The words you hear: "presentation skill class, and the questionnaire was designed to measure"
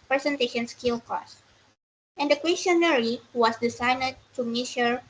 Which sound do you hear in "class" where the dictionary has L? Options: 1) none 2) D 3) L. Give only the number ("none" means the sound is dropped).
1